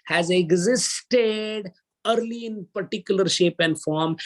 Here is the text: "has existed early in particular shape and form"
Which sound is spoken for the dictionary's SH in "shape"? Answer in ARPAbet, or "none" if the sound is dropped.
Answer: SH